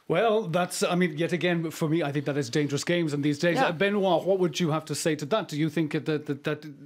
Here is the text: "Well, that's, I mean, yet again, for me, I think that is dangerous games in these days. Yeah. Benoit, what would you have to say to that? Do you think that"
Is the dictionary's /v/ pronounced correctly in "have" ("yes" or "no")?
no